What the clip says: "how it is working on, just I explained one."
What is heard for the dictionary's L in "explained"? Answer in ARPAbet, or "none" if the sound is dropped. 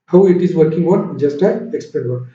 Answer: none